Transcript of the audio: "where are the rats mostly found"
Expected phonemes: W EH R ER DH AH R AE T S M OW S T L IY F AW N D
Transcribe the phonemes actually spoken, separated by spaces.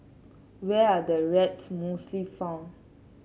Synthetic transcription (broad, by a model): W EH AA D AH R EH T S M OW S T L IY F AW N